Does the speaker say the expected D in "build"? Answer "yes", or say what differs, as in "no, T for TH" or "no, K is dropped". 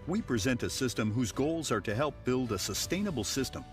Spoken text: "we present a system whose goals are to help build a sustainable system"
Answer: yes